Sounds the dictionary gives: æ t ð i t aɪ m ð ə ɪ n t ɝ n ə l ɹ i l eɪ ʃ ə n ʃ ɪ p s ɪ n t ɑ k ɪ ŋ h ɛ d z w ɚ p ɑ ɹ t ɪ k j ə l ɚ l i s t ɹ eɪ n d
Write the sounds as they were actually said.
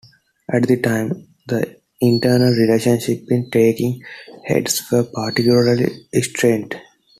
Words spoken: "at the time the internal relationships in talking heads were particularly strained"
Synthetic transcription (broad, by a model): æ t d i t aɪ m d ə ɪ n t ɝ n ə l ɹ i l eɪ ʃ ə n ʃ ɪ p ɪ n t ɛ k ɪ ŋ h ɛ d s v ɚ p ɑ ɹ t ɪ k j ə l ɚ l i s t ɹ eɪ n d